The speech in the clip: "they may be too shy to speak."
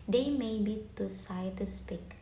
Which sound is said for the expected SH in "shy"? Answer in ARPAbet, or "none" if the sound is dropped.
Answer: S